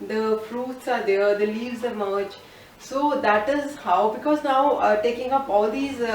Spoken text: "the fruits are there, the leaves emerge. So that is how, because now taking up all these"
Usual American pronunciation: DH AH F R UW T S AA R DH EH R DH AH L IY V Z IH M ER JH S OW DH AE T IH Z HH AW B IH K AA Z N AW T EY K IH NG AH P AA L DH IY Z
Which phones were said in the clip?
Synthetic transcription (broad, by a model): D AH F R UW T S AA R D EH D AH L IY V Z IH M ER JH S OW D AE T IH Z HH AW B IH K AA Z N AW T EY K IH NG AH P AA L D IY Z